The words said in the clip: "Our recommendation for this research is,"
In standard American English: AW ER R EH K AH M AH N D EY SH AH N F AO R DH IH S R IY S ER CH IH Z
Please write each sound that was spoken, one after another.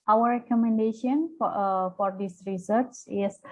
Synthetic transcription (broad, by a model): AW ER R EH K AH M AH N D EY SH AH N F AO R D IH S R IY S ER S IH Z